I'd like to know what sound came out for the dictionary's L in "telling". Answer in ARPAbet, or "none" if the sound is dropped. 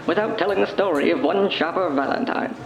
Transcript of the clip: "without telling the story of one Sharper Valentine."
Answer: L